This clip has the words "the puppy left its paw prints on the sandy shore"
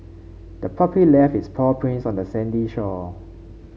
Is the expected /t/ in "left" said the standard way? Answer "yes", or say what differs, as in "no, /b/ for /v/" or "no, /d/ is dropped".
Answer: no, /t/ is dropped